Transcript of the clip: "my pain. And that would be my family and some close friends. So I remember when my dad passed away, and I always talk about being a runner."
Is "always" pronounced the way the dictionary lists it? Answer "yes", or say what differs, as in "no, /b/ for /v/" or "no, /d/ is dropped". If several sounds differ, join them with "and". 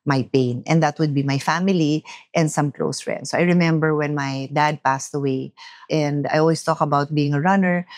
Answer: no, /s/ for /z/